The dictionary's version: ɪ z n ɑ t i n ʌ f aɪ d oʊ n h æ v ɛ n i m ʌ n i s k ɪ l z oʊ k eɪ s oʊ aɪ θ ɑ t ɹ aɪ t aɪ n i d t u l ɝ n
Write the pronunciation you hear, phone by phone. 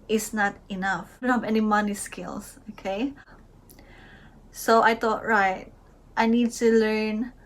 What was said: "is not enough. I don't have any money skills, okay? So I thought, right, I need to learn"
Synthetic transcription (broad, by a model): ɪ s n ɑ t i n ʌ f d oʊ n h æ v ɛ n i m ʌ n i s k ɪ l s oʊ k eɪ s oʊ aɪ t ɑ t ɹ aɪ t aɪ n i d t u l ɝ n